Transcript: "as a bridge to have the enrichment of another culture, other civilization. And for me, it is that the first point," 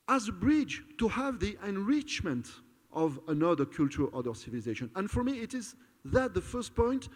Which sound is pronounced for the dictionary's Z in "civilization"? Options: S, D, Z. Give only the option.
Z